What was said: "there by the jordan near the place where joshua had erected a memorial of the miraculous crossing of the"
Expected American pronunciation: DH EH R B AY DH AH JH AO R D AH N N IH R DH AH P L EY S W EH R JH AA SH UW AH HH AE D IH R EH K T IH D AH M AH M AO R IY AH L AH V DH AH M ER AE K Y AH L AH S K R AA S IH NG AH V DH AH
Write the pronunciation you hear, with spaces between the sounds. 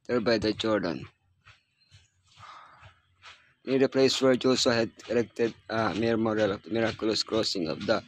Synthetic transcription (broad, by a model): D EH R B AY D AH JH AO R D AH N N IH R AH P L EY S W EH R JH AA S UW HH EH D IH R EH K T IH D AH M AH M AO R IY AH L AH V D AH M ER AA K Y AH L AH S K R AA S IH NG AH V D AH